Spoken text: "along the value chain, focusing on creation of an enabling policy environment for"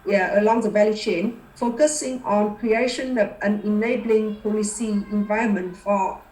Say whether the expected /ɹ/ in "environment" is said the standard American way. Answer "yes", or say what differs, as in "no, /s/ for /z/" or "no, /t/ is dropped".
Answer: no, /ɹ/ is dropped